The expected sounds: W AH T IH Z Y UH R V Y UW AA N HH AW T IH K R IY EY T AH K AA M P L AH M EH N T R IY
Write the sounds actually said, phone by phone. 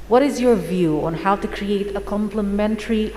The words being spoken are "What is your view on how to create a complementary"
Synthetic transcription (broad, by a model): W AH T IH Z Y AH R V Y UW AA N HH AW T IH K R IY EY T AH K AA M P L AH M EH N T R IY